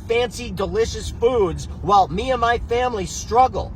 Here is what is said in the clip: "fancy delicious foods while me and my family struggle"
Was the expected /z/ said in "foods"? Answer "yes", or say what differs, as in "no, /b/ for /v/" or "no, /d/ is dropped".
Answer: yes